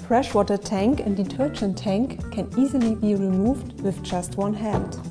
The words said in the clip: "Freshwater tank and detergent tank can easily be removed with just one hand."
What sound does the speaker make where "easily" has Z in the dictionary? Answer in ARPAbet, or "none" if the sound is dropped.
Z